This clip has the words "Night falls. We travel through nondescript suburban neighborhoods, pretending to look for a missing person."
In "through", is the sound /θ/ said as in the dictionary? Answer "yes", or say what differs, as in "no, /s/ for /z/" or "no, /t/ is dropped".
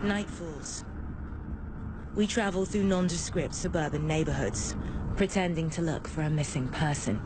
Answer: yes